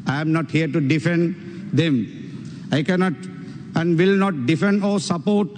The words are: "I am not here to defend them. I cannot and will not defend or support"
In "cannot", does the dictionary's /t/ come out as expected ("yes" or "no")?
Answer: yes